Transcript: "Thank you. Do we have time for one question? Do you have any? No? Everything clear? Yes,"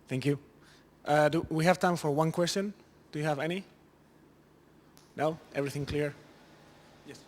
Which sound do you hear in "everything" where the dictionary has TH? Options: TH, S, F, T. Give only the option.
TH